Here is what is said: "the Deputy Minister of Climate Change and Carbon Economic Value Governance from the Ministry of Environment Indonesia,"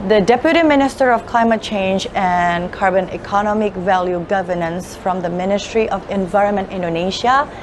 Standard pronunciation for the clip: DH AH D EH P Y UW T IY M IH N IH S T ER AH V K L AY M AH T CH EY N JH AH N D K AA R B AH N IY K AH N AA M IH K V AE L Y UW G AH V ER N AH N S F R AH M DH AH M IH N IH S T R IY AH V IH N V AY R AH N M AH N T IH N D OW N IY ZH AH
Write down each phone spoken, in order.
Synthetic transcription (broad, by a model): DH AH D EH P Y UW T IY M IH N IH S T ER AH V K L AY M AH T CH EY N JH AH N K AA R B AH N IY K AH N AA M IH K V AE L Y UW G AH V ER N AH N S F R AH M DH AH M IH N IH S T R IY AH V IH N V AY R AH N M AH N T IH N D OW N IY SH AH